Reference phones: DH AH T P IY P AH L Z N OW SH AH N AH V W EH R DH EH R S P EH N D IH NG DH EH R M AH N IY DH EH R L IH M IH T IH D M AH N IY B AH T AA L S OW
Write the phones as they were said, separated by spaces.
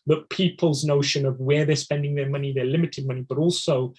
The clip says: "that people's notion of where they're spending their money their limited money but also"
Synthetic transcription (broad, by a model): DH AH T P IY P AH L Z N OW SH AH N AH V W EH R DH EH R S P EH N D IH NG DH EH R M AH N IY DH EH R L IH M IH T IH D M AH N IY B AH T AA L S OW